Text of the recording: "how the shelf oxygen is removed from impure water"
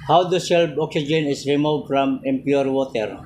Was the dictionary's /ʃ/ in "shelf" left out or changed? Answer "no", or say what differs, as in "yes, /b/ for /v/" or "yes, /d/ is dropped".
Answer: yes, /s/ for /ʃ/